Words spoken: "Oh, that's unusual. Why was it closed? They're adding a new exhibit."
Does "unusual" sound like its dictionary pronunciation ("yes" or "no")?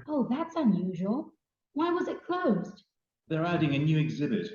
yes